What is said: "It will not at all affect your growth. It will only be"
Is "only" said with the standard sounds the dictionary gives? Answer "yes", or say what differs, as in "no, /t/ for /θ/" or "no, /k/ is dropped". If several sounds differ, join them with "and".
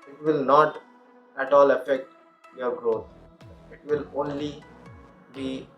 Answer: yes